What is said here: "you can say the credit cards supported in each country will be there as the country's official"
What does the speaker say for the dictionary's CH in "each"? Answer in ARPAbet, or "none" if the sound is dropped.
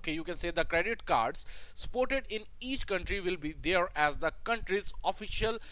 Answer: CH